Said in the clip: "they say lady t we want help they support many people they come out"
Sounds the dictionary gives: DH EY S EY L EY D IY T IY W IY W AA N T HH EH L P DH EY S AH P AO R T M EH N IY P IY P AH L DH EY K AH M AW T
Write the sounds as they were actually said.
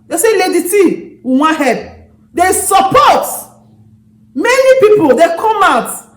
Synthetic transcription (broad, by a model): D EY S EY L EY D IY T IY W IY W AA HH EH P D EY S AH P AO T M EH N IY P IY P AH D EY K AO M AW T